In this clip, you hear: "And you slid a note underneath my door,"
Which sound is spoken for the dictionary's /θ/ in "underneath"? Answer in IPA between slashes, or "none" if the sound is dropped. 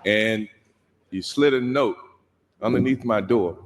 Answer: /θ/